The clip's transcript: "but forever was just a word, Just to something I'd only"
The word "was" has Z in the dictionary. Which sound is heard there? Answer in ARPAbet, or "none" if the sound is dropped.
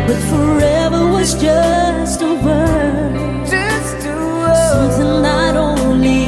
Z